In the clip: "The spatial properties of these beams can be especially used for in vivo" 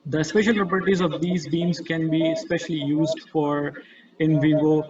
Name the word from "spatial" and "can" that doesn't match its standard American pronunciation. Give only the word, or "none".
none